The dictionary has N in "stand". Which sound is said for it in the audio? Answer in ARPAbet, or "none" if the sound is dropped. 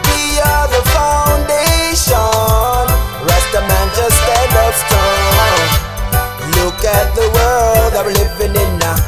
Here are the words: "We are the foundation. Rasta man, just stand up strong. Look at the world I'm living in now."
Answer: none